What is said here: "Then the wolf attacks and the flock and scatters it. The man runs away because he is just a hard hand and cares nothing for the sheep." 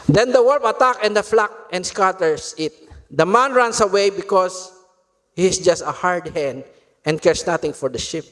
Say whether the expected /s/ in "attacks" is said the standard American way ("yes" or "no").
no